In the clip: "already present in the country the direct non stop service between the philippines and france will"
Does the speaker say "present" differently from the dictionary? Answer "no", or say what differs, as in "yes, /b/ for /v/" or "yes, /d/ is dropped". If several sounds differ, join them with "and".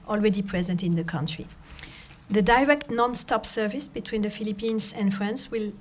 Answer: no